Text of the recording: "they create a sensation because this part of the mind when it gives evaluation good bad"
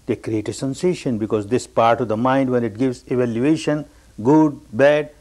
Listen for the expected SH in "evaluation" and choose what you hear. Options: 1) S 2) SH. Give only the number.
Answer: 2